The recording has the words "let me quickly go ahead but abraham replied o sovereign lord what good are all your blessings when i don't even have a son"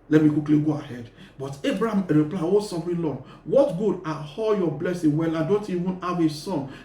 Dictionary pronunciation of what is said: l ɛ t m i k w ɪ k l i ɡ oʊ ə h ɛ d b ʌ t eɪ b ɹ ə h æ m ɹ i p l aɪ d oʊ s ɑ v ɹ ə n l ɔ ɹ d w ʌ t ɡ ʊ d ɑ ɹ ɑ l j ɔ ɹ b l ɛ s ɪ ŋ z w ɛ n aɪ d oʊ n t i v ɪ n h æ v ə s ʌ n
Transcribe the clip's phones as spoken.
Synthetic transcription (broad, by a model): l ɛ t m i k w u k l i ɡ oʊ ə h ɛ d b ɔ t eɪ b ɹ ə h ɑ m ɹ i p l aɪ oʊ s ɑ f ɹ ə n l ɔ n w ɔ t ɡ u d ɑ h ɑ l j ɔ b l ɛ s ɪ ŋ w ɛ l aɪ d oʊ n t i v ɪ n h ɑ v ə s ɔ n